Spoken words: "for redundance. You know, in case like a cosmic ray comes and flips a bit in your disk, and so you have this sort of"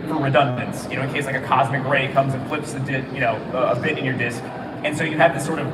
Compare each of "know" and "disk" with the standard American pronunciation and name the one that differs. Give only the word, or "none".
none